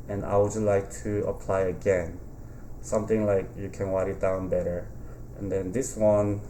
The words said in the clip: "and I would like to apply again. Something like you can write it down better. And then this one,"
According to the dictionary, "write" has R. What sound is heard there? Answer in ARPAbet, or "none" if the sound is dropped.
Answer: W